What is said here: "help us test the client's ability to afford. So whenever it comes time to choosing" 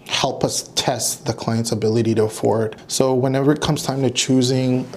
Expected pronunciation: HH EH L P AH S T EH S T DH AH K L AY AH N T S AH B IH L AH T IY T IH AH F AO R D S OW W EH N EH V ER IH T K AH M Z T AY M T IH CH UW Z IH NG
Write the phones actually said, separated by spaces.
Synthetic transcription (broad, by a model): HH EH L P AH S T EH S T DH AH K L AY AH N T S AH B IH L AH T IY T IH AH F AO R D S OW W EH N EH V ER IH T K AH M Z T AY M T IH CH UW Z IH NG